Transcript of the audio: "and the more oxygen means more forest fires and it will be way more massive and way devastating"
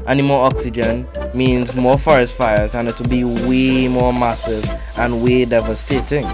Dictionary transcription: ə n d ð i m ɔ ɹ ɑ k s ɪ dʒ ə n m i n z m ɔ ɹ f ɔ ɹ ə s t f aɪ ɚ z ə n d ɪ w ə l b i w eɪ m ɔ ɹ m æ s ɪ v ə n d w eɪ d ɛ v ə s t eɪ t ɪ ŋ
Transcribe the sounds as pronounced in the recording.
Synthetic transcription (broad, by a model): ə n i m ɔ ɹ ɑ k s ɪ dʒ ə n m i n z m ɔ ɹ f ɔ ɹ ə s t f aɪ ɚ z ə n ɪ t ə b i w eɪ m ɔ ɹ m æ s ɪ v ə n w eɪ d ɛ v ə s t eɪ t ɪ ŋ